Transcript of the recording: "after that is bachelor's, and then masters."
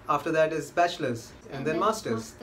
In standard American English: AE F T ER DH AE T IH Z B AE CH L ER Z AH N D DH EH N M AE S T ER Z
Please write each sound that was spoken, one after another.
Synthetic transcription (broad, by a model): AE F T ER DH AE T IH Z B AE SH L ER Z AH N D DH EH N M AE S T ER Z